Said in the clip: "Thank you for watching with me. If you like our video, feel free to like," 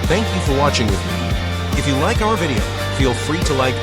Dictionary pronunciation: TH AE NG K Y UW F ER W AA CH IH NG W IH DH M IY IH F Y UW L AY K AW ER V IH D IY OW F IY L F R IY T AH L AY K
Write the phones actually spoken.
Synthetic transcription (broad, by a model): TH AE NG K Y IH F ER W AA CH IH NG W IH DH M IY IH F Y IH L AY K AW ER V IH D IY OW F IY L F R IY T AH L AY K